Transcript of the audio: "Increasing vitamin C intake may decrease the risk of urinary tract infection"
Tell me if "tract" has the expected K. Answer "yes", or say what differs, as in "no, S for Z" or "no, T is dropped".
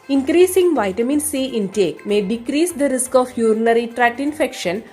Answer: no, K is dropped